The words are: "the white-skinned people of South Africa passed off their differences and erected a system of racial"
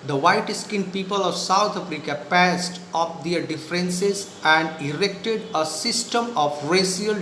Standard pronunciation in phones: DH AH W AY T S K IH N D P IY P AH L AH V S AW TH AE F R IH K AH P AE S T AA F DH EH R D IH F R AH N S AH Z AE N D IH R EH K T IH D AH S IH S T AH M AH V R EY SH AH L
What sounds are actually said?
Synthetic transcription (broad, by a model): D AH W AY T S K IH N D P IY P AH L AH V S AW T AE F R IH K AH P AE S T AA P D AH R D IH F R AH N S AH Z AE N D IH R EH K T IH D AH S IH S T AH M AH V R EY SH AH L